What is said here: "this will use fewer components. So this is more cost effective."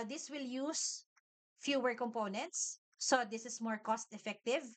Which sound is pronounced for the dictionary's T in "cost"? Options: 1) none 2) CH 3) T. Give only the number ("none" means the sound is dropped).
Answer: 3